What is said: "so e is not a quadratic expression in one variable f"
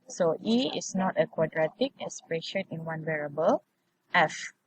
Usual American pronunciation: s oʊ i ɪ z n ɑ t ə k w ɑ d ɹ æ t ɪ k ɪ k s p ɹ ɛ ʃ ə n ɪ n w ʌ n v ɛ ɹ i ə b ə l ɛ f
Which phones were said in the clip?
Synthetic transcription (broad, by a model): s oʊ i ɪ s n ɑ t ə k w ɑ d ɹ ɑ t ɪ k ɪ s p ɹ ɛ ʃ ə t ɪ n w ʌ n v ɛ ɹ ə b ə l ɛ f